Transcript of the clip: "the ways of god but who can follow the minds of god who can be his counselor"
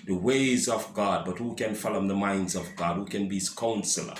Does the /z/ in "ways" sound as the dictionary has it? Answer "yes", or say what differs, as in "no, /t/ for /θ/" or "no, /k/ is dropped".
yes